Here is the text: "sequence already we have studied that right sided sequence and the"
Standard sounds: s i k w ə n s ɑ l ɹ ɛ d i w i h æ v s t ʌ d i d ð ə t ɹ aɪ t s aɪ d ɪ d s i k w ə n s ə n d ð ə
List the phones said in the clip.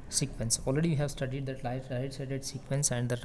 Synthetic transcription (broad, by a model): s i k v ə n s ɑ l ɹ ɛ d i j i h æ v s t ʌ d i d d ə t l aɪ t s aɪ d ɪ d s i k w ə n s ə n d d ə